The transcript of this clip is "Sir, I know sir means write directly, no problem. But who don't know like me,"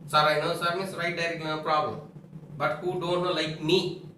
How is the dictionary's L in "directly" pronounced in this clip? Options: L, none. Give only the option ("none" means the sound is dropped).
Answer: none